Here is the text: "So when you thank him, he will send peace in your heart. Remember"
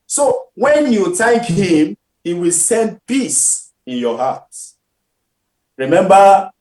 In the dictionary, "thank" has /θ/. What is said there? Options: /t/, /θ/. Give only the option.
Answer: /t/